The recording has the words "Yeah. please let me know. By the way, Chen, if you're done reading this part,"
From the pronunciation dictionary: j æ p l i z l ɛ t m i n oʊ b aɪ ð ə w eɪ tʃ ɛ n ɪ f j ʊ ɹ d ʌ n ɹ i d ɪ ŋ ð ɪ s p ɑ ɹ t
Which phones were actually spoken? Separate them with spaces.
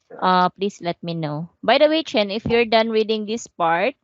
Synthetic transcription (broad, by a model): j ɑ p l i s l ɛ t m i n oʊ b aɪ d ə w eɪ tʃ ɛ n ɪ f j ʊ ɹ d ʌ n ɹ i d ɪ ŋ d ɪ s p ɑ ɹ t